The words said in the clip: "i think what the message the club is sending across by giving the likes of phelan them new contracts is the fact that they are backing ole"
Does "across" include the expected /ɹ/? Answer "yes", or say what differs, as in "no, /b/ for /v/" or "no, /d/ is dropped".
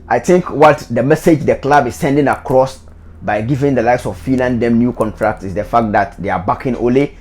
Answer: yes